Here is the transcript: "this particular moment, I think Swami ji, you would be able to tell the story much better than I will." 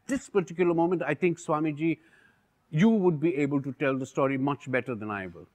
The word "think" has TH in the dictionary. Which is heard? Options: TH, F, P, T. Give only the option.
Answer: T